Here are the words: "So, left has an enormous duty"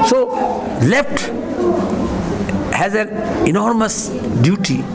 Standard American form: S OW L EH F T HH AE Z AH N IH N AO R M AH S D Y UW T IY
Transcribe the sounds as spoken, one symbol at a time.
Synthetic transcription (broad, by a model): S OW L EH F T HH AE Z AH N IH N AO R M AH S D Y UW T IY